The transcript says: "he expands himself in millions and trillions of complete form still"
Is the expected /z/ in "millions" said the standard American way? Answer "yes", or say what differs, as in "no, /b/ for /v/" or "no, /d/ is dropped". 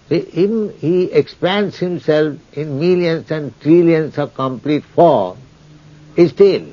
no, /s/ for /z/